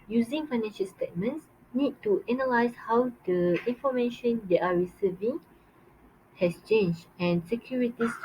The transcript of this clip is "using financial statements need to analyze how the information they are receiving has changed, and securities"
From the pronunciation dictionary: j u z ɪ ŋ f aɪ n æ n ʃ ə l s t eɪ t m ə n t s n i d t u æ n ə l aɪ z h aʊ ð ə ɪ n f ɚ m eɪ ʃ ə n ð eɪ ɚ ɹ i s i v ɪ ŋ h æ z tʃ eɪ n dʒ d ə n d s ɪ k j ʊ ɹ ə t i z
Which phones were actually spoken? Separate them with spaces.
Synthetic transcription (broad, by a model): j u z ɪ ŋ f aɪ n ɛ n ʃ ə l s t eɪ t m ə n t s n i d t u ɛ n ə l aɪ s h aʊ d ə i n f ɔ m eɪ ʃ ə n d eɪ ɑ ɹ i s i v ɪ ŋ h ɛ s tʃ eɪ n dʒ ə n s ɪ k j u ɹ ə t i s